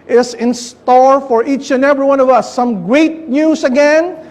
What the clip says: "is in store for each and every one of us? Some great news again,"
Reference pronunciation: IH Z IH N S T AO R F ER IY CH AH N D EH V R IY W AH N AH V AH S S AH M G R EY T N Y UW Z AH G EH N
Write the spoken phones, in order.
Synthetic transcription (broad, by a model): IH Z IH N S T AO R F ER IY CH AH N EH V R IY W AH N AH V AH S S AH M G R EY T N Y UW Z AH G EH N